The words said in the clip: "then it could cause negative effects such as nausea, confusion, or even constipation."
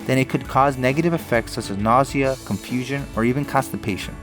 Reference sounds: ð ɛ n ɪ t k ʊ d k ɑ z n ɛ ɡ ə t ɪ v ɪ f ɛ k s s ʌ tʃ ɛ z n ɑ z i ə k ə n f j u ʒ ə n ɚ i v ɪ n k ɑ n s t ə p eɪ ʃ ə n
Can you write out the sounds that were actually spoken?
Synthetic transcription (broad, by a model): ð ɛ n ɪ t k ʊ d k ɑ z n ɛ ɡ ə t ɪ v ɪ f ɛ k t s ʌ tʃ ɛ z n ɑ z i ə k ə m f j u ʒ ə n ɚ i v ɪ n k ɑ s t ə p eɪ ʃ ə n